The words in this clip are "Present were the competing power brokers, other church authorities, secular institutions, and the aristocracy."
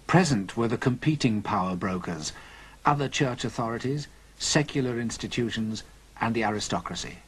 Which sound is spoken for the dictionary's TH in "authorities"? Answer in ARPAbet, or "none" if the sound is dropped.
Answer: TH